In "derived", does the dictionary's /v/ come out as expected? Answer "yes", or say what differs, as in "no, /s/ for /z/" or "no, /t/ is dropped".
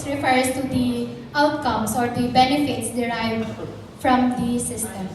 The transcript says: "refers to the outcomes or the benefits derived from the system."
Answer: no, /f/ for /v/